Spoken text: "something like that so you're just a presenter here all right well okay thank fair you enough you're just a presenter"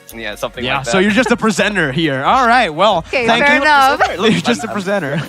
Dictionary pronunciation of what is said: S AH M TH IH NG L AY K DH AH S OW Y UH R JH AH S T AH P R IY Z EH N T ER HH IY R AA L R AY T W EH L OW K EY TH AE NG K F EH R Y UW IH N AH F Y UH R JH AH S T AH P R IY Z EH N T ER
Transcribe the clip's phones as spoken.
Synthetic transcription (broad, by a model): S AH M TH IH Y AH S OW Y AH R JH AH S T AH P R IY Z EH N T ER HH IY R AA L R AY T W EH L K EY TH AE NG K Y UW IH AH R JH AH S T AH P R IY Z EH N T ER